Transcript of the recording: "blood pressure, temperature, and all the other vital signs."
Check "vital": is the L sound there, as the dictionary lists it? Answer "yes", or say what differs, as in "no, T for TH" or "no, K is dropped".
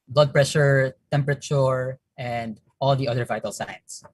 yes